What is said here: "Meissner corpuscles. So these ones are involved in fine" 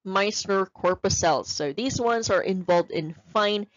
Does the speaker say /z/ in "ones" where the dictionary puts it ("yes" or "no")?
yes